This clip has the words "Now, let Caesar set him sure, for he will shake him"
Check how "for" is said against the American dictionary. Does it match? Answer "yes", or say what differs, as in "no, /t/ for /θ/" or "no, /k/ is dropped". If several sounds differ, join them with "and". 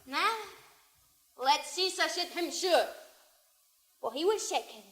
no, /l/ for /ɹ/